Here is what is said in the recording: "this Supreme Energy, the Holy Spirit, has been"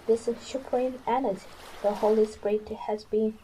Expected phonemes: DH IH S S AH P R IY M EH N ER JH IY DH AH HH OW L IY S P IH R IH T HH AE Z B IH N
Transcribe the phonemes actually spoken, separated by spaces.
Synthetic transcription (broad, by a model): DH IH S SH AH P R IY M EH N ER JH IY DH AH HH OW L IY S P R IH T HH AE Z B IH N